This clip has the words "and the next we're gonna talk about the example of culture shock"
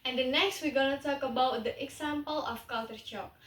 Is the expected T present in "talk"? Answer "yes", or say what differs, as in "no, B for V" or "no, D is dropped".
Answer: yes